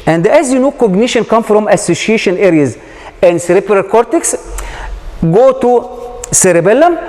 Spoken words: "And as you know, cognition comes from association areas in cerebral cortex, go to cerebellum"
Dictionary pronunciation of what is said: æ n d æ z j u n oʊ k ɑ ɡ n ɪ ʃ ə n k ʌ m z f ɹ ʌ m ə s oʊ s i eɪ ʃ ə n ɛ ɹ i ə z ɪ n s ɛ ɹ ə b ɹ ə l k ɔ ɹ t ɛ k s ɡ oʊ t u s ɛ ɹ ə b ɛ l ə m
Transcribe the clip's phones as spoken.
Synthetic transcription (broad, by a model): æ n d æ z j u n oʊ k ɑ ɡ n ɪ ʃ ə n k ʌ m f ɹ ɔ m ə s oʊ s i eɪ ʃ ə n ɛ ɹ i ə z ɪ n s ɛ ɹ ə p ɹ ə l k ɔ ɹ t ɛ k s ɡ oʊ t u s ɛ ɹ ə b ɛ l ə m